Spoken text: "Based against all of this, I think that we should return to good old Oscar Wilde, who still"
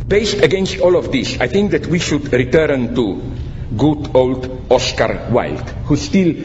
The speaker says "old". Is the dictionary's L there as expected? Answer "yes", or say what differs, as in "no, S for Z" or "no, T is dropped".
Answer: yes